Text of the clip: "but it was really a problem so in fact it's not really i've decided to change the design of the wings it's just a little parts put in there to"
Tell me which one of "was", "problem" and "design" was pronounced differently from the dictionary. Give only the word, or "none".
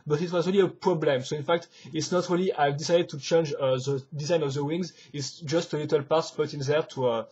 none